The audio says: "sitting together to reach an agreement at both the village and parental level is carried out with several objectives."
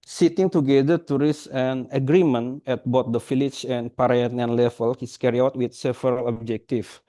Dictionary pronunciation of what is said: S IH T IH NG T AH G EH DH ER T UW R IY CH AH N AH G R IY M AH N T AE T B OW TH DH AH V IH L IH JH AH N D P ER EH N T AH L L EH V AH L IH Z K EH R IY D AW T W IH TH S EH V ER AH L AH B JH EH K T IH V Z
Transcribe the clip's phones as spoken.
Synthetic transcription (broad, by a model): S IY T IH NG T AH G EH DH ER T UW R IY S AH N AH G R IY M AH N EH T B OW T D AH F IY L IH CH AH N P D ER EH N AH N L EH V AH L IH S K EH R IY AW T W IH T S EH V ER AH L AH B JH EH K T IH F